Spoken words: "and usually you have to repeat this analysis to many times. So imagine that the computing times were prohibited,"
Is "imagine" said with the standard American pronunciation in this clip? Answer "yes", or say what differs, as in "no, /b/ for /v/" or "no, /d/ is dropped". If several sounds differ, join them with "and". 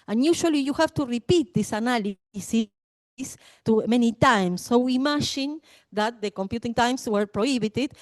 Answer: no, /ʃ/ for /dʒ/